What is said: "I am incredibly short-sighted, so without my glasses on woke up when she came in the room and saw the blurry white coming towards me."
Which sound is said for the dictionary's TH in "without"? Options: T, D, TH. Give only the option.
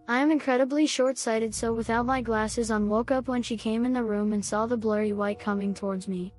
TH